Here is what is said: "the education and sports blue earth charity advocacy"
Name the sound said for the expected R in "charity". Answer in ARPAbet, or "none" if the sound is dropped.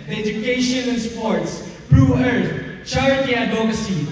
none